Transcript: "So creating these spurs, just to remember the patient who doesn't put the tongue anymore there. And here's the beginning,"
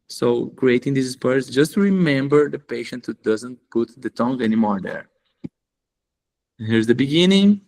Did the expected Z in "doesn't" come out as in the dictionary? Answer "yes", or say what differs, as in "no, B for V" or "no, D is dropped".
yes